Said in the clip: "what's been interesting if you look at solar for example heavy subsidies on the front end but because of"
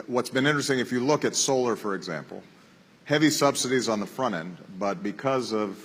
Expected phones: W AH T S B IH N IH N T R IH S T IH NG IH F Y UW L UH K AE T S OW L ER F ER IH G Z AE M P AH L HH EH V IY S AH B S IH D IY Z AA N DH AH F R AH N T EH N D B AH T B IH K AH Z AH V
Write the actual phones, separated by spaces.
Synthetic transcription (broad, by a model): W AH T S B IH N IH N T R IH S T IH NG IH F Y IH L UH K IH T S OW L ER F ER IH G Z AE M P L HH EH V IY S AH B S IH D IY Z N DH AH F R AH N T EH N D B AH T B IH K AH Z AH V